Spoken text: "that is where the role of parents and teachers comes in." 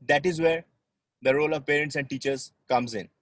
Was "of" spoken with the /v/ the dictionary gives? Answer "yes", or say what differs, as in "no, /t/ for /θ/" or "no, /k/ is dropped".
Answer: yes